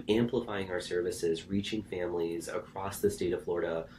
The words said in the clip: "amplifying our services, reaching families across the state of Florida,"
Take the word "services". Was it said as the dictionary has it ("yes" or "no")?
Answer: yes